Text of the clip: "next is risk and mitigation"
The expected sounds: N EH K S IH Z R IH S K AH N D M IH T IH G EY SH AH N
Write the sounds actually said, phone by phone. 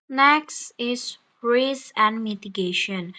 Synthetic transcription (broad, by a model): N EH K S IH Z R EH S AH N D M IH T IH G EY SH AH N